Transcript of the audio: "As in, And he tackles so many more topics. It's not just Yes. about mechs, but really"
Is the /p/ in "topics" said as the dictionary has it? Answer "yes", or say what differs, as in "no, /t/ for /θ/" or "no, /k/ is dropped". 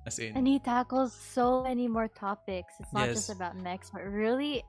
yes